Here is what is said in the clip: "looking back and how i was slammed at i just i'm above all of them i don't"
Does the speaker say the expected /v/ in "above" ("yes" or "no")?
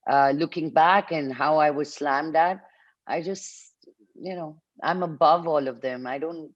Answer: yes